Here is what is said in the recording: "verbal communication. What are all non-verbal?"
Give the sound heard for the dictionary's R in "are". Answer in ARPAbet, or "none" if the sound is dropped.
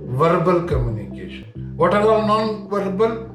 L